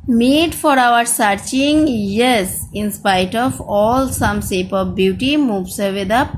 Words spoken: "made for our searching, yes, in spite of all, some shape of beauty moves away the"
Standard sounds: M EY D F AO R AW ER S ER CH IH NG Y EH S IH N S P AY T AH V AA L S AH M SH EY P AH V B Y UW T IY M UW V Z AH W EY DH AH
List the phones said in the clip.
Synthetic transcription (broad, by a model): M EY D F AO R AW ER S ER CH IH NG Y EH S IH N S P AY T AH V AA L S AH M S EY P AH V B Y UW T IY M UW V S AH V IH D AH